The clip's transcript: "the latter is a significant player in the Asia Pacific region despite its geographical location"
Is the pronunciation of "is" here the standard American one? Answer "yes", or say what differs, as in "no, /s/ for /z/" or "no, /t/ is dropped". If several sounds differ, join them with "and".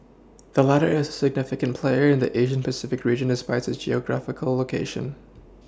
yes